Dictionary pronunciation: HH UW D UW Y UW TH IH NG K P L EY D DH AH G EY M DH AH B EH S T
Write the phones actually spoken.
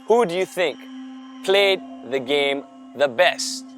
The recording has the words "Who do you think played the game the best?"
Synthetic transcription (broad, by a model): HH UW D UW Y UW TH IH NG K P L EY D DH AH G EY M DH AH B EH S T